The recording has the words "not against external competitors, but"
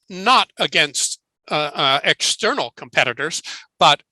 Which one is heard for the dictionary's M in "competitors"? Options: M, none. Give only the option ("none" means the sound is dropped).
M